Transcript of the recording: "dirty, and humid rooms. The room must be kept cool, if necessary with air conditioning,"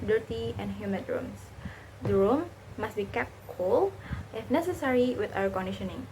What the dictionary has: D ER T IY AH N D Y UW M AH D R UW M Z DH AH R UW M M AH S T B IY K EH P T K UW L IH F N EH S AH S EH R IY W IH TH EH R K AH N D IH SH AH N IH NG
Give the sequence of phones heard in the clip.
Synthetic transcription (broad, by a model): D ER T IY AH N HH Y UW M AH D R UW M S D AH R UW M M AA S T B IY K EH P T K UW L IH F N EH S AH S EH R IY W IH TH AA W K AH N D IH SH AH N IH NG